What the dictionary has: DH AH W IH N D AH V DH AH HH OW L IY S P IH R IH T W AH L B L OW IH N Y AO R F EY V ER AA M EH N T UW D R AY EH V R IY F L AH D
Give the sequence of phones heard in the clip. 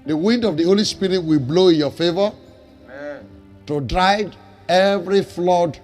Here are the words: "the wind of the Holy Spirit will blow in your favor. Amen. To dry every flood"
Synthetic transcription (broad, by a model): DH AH W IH N D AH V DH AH HH OW L IY S P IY R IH T W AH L B L OW IH N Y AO F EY V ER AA T UW D R AY EH V R IY F L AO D